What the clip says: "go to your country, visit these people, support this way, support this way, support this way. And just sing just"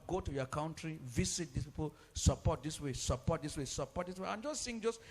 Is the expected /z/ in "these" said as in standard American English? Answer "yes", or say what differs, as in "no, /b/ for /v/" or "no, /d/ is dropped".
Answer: no, /s/ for /z/